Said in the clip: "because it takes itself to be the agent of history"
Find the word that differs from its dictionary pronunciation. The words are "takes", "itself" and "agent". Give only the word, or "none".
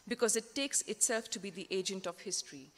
none